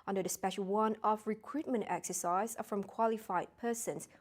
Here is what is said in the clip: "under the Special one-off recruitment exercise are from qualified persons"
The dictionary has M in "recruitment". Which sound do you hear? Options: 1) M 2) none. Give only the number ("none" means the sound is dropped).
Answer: 1